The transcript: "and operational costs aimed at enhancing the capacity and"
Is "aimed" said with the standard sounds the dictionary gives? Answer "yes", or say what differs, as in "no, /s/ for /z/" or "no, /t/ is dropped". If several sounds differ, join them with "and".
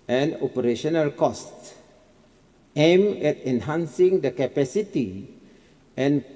no, /d/ is dropped